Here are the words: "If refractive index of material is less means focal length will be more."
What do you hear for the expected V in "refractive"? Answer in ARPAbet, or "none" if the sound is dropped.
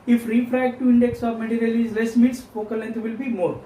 none